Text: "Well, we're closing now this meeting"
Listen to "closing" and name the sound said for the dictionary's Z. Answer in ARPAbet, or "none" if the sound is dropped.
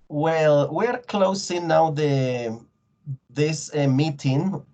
S